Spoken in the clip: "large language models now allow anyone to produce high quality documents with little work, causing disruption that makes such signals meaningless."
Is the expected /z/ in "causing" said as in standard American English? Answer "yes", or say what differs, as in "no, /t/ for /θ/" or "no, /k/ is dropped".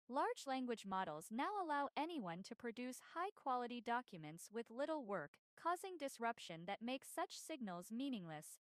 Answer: yes